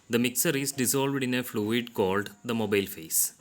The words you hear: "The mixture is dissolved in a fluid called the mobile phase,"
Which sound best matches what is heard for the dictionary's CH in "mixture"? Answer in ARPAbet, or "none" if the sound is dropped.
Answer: none